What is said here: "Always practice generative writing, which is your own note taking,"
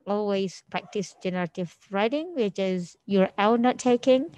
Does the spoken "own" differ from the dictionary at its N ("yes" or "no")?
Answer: yes